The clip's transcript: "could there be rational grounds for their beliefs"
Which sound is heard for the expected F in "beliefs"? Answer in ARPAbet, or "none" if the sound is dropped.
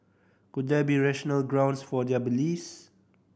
none